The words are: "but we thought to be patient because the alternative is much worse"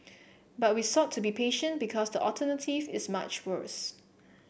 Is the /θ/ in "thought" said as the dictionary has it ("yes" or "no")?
no